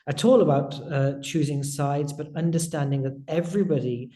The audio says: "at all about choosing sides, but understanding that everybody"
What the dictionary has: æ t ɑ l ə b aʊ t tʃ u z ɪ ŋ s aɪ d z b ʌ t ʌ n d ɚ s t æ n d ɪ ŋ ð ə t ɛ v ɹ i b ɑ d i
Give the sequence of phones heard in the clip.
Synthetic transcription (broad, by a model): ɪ t ɑ l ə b aʊ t tʃ u z ɪ ŋ s aɪ d z b ʌ t ʌ n d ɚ s t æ n d ɪ ŋ ð ə t ɛ v ɹ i b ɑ d i